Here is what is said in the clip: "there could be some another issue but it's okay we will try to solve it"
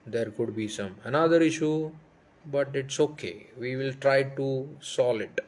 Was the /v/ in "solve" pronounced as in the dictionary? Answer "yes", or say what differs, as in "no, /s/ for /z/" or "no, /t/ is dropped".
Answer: no, /v/ is dropped